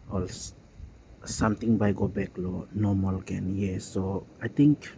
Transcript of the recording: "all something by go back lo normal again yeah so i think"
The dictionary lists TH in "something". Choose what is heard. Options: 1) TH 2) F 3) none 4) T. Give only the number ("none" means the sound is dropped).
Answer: 4